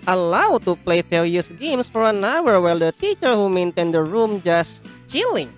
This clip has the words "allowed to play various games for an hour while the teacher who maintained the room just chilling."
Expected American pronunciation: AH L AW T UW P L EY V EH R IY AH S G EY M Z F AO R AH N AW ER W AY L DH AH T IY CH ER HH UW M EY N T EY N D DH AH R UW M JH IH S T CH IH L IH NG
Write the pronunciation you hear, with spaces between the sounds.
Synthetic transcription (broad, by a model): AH L AW T UW P L EY F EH L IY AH S G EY M S F AO R AH N AW ER W AY L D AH T IY CH ER HH UW M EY N T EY N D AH R UW M JH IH S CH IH L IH NG